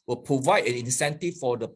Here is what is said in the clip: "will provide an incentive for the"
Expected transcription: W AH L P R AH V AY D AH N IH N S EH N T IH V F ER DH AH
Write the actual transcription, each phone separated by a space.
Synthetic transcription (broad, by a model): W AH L P R AH V AY D AH N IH N S EH N T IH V F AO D AH